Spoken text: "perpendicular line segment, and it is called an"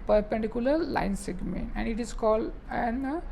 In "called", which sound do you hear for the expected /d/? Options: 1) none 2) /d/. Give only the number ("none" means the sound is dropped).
2